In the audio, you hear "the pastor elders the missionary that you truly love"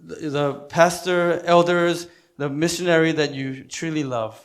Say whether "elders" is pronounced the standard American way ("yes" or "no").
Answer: yes